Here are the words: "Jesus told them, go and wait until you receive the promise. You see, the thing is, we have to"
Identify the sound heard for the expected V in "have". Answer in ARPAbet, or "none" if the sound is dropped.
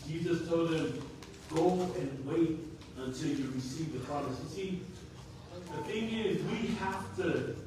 F